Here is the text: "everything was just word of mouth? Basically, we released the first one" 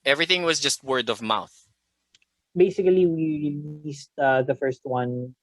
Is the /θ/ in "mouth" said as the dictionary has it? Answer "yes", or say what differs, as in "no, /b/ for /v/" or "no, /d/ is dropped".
yes